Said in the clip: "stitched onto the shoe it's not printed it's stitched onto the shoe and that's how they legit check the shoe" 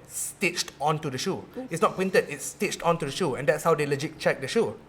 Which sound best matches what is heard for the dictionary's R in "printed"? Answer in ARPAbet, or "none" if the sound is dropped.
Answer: W